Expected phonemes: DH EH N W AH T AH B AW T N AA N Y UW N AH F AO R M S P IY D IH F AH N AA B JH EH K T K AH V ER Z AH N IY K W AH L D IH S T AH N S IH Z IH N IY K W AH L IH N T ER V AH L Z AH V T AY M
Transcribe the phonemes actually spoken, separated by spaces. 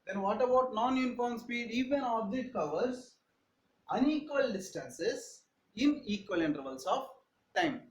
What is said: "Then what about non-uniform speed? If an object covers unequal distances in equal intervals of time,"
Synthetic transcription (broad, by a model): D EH N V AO T AH B AW T N AA N Y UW N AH F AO R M S P IY D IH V AH N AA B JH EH T K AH V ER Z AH N IY K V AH L D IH S T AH N S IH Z IH N IY K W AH L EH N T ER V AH L S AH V T AY M